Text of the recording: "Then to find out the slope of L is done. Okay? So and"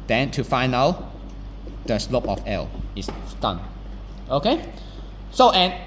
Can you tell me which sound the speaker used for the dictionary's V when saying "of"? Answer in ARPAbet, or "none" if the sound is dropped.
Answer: F